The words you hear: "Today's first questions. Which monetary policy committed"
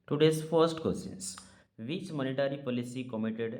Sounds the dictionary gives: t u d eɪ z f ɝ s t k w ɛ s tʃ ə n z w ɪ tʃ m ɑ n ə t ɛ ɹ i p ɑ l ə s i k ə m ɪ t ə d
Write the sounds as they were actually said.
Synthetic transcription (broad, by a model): t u d eɪ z f ɝ s t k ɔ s ə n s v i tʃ m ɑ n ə t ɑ ɹ i p ɑ l ə s i k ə m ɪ t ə d